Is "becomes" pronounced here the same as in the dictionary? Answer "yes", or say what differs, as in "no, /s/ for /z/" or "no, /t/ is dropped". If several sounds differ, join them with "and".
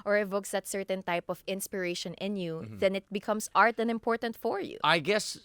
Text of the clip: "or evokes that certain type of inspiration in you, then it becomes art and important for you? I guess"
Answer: no, /s/ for /z/